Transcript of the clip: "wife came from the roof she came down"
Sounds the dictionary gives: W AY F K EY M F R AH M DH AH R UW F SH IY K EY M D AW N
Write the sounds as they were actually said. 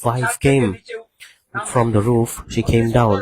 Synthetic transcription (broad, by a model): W AY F K EY M F R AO M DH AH R UW F SH IY K EY M D AW N